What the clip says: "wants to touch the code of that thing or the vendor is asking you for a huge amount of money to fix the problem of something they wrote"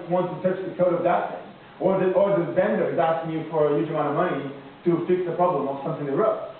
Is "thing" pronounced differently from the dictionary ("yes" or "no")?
yes